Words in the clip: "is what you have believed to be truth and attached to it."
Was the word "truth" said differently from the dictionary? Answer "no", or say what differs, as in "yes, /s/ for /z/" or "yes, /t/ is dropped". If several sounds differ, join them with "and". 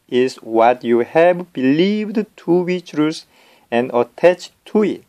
yes, /s/ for /θ/